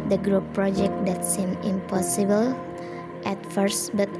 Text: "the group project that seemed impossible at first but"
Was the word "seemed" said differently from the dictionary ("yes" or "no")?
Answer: yes